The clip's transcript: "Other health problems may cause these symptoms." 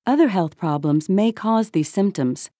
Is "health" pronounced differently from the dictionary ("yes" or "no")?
no